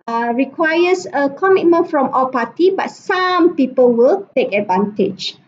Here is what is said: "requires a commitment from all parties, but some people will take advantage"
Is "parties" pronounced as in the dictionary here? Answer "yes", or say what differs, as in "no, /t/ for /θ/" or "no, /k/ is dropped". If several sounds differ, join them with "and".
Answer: no, /z/ is dropped